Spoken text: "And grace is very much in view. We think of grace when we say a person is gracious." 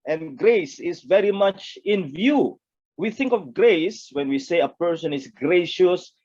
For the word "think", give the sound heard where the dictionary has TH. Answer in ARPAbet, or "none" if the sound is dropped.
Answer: TH